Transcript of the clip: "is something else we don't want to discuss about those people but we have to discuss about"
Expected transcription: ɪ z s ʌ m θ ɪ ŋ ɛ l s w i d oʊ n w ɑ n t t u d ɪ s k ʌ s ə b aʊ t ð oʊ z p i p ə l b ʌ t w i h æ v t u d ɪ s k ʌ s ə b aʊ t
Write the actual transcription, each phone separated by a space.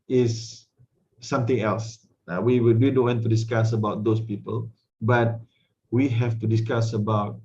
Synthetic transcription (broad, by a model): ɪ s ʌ m t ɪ ŋ ɛ l s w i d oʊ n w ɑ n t t u d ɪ s k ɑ s ə b aʊ t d oʊ s p i p ə l b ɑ t w i h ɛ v t u d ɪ s k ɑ s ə b aʊ t